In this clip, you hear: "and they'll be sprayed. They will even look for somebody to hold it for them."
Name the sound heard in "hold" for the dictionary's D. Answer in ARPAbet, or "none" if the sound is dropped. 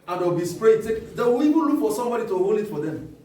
none